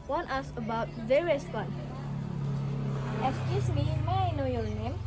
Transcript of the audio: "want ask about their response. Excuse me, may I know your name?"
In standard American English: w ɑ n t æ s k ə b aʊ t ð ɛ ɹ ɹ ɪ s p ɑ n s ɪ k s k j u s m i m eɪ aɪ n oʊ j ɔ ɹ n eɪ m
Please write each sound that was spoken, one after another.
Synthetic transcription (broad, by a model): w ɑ n t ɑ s ə b aʊ t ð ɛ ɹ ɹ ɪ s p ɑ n ɪ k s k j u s m i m aɪ n oʊ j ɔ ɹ n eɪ m